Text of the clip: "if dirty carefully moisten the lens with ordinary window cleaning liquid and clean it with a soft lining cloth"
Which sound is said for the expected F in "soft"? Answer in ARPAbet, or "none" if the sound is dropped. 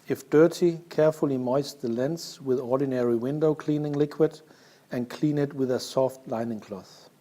F